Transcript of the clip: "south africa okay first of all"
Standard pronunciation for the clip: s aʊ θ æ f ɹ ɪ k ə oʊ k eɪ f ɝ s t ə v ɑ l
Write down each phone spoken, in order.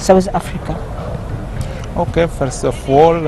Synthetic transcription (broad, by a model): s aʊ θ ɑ f ɹ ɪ k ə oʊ k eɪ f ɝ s ə f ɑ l